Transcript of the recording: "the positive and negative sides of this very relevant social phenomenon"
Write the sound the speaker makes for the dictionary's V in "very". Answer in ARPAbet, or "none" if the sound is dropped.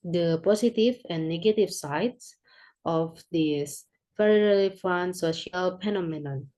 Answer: F